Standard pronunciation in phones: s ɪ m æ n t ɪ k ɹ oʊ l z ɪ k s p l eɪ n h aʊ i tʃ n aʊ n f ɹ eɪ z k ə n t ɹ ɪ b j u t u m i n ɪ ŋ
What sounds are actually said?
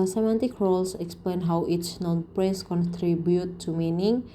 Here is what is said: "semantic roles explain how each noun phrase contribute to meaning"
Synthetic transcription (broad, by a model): s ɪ m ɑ n t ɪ k ɹ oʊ l s ɪ k s p l eɪ n h aʊ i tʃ n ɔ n p ɹ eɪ s k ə n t ɹ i b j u t u m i n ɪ ŋ